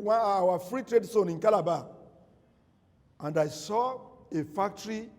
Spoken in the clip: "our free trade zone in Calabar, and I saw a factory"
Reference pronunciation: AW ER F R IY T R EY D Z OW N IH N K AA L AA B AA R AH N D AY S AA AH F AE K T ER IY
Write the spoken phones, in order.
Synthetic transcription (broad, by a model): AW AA F R IY T R EY D S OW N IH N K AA L AA B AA AH N D AY S AA AH F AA K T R IY